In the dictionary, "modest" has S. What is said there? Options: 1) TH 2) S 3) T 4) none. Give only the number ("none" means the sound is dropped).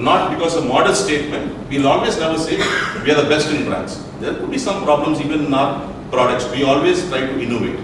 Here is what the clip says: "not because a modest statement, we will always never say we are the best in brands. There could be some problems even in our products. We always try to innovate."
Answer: 4